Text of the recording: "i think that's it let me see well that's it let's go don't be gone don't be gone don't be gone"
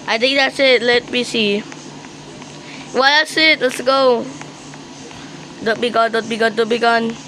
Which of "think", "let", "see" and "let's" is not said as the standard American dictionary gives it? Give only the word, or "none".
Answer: think